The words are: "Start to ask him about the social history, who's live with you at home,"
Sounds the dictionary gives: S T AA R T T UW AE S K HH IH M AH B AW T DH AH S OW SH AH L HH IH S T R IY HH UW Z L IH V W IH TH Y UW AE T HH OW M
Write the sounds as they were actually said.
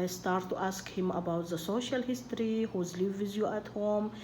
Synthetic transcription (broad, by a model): S T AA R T T UW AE S K HH IH M AH B AW T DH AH S OW SH AH L HH IH S T R IY HH UW Z L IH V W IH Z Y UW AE T HH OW M